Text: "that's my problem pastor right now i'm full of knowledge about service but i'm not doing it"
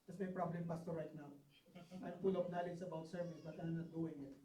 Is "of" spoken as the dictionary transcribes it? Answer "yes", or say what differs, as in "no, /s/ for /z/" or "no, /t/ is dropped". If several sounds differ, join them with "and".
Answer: no, /p/ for /v/